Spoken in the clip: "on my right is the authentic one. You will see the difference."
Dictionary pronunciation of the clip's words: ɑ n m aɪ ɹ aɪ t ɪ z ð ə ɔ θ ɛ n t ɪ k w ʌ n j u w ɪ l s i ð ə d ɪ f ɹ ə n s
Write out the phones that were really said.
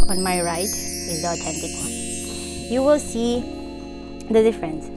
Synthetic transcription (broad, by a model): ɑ n m aɪ ɹ aɪ t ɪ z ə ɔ t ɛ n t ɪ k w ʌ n j u w ɪ l s i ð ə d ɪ f ɹ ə n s